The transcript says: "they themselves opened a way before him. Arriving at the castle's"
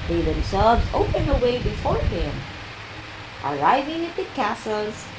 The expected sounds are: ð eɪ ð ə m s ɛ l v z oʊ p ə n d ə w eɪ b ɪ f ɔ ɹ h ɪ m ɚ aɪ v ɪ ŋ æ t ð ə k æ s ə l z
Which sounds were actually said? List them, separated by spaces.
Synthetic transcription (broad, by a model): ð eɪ ð ə m s ɛ l v z oʊ p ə n ə w eɪ b ɪ f ɔ ɹ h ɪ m ɚ aɪ v ɪ ŋ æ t ð ə k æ s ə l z